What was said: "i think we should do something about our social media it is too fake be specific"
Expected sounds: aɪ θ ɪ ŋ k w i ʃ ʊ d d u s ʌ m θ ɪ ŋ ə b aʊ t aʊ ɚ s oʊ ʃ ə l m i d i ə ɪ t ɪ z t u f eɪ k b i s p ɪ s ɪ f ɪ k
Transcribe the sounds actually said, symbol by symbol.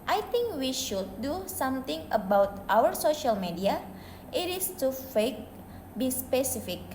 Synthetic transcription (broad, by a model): aɪ t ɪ ŋ k w i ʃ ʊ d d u s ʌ m t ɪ ŋ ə b aʊ t aʊ ɚ s oʊ ʃ ə l m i d i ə ɪ t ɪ s t u f eɪ k b i s p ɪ s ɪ f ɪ k